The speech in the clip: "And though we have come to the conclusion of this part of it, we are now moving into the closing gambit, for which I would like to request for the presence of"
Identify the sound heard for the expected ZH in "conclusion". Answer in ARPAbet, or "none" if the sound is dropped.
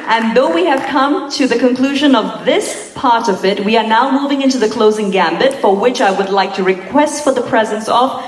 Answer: ZH